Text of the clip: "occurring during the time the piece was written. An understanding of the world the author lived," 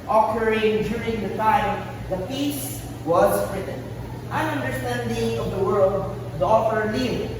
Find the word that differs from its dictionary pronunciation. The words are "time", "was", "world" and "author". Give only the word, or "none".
author